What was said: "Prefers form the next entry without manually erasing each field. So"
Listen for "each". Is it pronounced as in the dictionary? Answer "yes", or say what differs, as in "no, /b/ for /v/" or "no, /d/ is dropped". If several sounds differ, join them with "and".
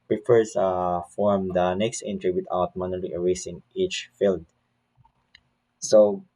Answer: yes